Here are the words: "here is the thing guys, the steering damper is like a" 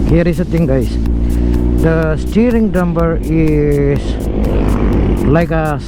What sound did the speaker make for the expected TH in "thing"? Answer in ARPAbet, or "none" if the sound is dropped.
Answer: T